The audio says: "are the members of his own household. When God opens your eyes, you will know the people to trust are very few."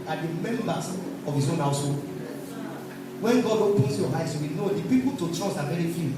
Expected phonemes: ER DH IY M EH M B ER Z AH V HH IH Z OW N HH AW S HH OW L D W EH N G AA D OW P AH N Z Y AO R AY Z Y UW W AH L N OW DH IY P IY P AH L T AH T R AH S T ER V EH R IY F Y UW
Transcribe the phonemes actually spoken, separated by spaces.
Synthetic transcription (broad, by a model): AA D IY M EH M B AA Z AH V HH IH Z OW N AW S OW W EH N G AA D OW P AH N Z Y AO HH AY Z Y UW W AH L N OW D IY P IY P AH L T AH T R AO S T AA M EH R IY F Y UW